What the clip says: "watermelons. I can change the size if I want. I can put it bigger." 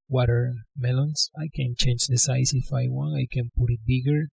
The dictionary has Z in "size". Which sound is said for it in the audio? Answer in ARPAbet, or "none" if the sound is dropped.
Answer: S